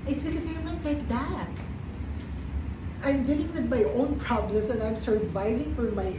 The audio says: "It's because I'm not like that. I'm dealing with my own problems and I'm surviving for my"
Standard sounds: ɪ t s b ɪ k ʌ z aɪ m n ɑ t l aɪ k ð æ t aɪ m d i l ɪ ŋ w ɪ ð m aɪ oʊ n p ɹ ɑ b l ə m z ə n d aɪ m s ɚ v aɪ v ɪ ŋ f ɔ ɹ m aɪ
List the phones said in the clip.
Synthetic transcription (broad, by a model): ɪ t s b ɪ k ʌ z aɪ m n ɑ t l aɪ k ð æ t aɪ m d i l ɪ ŋ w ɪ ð m aɪ oʊ n p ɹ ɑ b l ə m s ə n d aɪ m s ɚ v aɪ v ɪ ŋ f ɔ ɹ m aɪ